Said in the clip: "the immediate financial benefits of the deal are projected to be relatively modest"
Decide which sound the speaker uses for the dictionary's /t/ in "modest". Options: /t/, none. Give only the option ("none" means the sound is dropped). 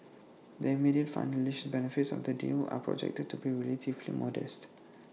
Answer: /t/